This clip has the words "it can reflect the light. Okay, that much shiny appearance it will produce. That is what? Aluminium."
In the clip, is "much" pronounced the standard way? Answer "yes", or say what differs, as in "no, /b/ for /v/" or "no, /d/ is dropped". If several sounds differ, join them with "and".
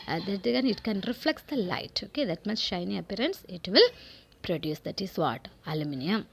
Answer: no, /s/ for /tʃ/